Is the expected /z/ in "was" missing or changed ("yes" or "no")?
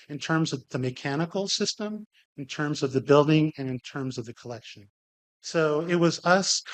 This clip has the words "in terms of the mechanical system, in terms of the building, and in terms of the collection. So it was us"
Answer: no